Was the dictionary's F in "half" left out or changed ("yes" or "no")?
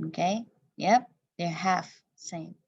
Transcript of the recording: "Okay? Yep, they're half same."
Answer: no